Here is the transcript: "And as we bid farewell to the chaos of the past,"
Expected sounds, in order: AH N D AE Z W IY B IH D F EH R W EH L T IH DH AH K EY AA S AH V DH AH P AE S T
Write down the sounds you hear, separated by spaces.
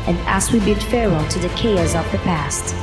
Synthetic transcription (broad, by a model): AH N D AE S W IY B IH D F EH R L T IH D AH K EY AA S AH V DH AH P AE S T